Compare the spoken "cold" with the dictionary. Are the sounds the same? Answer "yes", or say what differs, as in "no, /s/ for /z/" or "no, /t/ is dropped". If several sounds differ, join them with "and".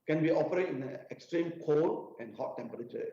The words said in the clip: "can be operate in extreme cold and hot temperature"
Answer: no, /d/ is dropped